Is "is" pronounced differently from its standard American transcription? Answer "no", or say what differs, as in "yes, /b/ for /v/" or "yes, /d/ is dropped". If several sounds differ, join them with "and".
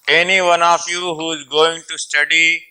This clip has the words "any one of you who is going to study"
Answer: no